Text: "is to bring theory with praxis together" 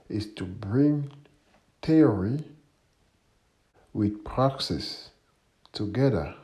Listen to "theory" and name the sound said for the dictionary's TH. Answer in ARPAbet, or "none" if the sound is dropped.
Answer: T